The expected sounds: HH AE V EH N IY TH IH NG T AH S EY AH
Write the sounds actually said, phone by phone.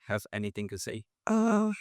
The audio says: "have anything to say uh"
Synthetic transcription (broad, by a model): HH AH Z EH N IY TH IH NG T AH S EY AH